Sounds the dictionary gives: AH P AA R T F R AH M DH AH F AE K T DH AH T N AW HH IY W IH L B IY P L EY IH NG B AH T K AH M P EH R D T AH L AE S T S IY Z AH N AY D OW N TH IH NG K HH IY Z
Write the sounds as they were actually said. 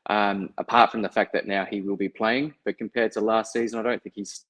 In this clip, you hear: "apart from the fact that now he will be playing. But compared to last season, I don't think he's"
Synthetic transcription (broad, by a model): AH P AA R T F R AH M DH AH F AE K DH AH T N AW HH IY W IH L B IY P L EY IH NG B AH T K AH M P EH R D T AH L AE S T S IY Z AH N AY D OW N TH IH NG K HH IY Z